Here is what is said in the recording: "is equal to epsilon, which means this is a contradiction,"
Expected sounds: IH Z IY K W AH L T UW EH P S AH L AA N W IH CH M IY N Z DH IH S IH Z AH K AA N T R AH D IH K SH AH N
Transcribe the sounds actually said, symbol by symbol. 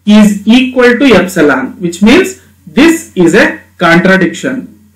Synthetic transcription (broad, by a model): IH Z IY K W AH L T UW EH P S AH L AA N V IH CH M IY N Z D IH S IH Z AH K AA N T R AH D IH K SH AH N